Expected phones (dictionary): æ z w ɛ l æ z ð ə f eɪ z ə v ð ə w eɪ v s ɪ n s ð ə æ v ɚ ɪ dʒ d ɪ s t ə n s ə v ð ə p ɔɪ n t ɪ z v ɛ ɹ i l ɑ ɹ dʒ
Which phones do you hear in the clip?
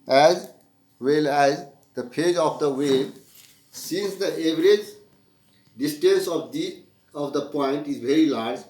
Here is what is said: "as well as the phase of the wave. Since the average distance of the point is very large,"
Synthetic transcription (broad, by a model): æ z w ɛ l æ z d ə p eɪ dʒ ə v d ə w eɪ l s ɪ n s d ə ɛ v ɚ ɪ dʒ d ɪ s t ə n s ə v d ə p ɔɪ n t ɪ z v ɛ ɹ i l ɑ ɹ dʒ